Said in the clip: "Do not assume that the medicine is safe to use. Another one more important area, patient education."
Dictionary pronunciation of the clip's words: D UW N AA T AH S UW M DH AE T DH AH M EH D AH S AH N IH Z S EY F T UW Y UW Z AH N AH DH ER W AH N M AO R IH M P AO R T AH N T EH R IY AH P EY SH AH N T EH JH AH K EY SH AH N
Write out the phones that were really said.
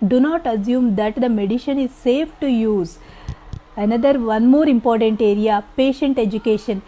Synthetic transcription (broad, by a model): D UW N AA T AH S UW M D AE T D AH M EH D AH SH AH N IH Z S EY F T UW Y UW Z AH N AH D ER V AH N M AO R IH M P AO R T AH N T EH R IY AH P EY SH AH N T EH JH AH K EY SH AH N